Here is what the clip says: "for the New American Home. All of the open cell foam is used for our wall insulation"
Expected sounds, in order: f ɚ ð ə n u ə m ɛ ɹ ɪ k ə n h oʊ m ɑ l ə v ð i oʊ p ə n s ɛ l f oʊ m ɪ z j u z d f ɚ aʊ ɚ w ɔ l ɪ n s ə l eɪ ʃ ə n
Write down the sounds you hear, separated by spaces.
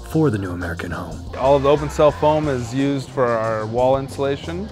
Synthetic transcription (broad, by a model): f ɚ ð ə n u ə m ɛ ɹ ɪ k ə n h oʊ m ɑ l ə v ð i oʊ p ə n s ɛ l f oʊ m ɪ z j u z d f ɚ aʊ ɚ w ɔ l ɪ n s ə l eɪ ʃ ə n